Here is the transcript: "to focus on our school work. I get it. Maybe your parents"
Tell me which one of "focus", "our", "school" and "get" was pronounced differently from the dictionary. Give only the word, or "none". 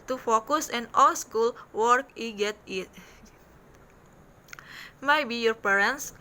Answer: our